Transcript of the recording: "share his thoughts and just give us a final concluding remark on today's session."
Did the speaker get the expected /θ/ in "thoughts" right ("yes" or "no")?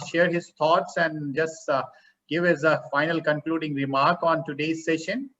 no